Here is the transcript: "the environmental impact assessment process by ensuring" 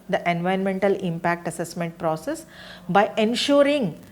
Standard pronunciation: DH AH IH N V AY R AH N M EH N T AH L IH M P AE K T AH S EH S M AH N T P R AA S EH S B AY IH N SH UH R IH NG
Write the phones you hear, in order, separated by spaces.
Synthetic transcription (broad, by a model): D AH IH N V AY AH N M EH N T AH L IH M P AE K T AH S EH S M AH N T P R AA S EH S B AY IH N SH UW R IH NG